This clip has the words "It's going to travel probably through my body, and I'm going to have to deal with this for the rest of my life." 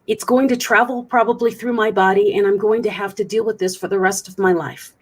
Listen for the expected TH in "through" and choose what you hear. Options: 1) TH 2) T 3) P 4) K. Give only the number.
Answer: 1